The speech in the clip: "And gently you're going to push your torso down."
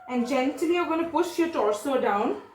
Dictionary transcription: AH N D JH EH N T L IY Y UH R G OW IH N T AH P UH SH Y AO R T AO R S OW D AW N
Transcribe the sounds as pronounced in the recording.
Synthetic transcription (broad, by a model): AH N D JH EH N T IY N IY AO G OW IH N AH P UH SH Y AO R T AO R S OW D AW N